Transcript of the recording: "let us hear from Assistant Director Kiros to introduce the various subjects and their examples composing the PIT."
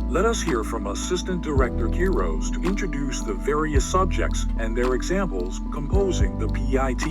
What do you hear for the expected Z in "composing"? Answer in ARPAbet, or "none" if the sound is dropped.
Z